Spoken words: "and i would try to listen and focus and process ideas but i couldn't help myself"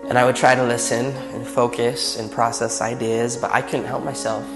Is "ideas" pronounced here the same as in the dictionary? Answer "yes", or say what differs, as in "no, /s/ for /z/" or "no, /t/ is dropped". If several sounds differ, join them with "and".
yes